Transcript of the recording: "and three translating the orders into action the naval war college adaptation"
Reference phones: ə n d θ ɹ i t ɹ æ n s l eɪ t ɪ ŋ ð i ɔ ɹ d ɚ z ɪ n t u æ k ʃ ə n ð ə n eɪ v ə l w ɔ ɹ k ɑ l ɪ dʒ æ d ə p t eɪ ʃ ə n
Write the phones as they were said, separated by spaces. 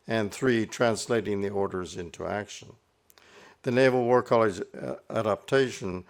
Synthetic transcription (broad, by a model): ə n θ ɹ i t ɹ æ n s l eɪ t ɪ ŋ ð i ɔ ɹ d ɚ z ɪ n t u æ k ʃ ə n ð ə n eɪ v l w ɔ ɹ k ɑ l ɪ dʒ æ d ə p t eɪ ʃ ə n